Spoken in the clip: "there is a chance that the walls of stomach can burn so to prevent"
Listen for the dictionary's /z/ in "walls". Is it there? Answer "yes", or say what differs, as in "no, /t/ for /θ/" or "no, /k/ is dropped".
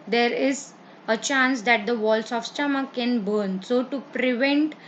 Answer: no, /s/ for /z/